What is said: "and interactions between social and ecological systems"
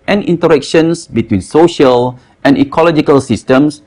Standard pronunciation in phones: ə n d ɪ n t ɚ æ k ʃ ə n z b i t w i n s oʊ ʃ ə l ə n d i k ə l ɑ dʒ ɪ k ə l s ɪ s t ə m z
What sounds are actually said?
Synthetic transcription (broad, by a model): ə n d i n t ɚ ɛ k ʃ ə n s b i t w i n s oʊ ʃ ə l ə n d i k ə l ɑ dʒ ɪ k ə l s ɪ s t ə m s